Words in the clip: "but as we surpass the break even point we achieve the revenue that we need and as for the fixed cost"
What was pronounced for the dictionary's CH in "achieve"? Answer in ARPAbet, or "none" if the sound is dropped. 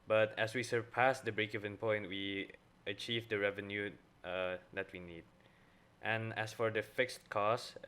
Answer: CH